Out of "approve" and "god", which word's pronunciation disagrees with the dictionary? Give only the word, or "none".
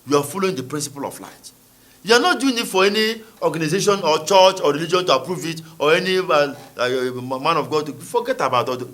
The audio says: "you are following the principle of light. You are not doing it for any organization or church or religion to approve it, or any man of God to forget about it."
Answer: none